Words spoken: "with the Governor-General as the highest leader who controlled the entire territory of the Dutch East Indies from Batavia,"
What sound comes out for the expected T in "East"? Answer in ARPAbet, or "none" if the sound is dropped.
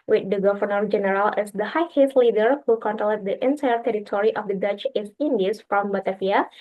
none